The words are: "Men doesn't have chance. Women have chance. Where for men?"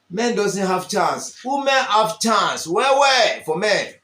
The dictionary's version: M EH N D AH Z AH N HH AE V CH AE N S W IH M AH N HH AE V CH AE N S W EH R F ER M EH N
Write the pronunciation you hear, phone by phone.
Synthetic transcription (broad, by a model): M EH N D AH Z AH N HH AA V CH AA N S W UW M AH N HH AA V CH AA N S W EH W F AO M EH N